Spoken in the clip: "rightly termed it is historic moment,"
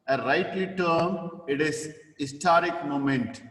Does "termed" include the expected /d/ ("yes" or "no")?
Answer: no